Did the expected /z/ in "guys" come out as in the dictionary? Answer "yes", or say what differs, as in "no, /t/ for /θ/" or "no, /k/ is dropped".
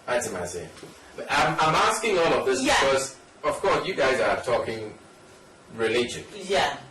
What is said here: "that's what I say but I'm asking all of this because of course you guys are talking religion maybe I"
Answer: yes